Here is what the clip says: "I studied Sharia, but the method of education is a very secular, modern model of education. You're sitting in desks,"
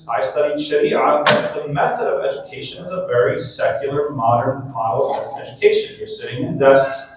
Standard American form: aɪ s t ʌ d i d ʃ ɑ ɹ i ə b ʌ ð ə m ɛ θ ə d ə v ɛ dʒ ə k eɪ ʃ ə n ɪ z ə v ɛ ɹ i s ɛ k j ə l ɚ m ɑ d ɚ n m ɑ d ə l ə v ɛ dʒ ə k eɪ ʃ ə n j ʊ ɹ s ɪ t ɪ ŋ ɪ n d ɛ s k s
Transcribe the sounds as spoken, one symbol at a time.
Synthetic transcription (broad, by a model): aɪ s t ʌ d i d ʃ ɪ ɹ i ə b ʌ ð ə m ɛ θ ə d ə v ɛ dʒ ə k eɪ ʃ ə n ɪ z ə v ɛ ɹ i s ɛ k j l ɚ m ɑ d ɚ n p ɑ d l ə ɛ dʒ ə k eɪ ʃ ə n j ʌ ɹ s ɪ t ɪ ŋ ɪ n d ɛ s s